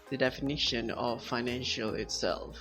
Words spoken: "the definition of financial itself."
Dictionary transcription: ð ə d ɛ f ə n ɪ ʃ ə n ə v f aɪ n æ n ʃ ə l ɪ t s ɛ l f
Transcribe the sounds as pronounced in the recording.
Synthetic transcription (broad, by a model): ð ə d ɛ f ə n ɪ ʃ ə n ə v f aɪ n æ n ʃ ə l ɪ t s ɛ l f